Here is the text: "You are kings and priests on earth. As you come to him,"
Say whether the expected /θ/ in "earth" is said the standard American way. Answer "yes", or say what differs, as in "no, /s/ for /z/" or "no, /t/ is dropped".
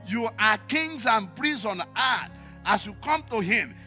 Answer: no, /t/ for /θ/